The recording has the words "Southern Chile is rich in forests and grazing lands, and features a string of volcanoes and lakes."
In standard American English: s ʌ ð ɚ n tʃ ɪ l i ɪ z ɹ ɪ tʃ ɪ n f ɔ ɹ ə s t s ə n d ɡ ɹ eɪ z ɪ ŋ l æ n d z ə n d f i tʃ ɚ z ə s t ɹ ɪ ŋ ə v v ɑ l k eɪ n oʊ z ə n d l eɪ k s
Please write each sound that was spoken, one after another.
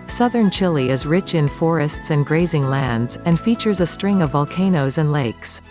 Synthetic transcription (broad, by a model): s ʌ ð ɚ n tʃ ɪ l i ɪ z ɹ ɪ tʃ ɪ n f ɔ ɹ ə s t s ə n ɡ ɹ eɪ z ɪ ŋ l æ n d z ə n f i tʃ ɚ z ə s t ɹ ɪ ŋ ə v v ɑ l k eɪ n oʊ z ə n l eɪ k s